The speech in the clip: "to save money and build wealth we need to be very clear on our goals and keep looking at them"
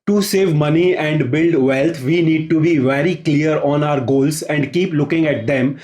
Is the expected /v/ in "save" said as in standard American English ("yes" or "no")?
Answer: yes